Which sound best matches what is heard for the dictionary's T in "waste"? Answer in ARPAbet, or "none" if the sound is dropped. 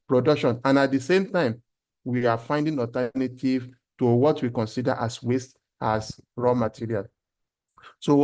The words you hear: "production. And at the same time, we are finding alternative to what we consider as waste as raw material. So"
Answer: T